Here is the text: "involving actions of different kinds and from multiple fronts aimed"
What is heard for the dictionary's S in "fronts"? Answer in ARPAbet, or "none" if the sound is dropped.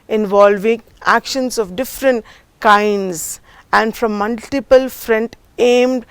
none